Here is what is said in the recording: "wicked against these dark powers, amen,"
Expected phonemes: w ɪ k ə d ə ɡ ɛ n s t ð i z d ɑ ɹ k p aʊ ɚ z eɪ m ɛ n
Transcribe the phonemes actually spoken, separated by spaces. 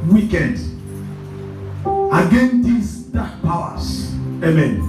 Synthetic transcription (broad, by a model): w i k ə d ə ɡ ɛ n t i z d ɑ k p aʊ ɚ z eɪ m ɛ n